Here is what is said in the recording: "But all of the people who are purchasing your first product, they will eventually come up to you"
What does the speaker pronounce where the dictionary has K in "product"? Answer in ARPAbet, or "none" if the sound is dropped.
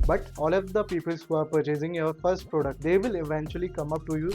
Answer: K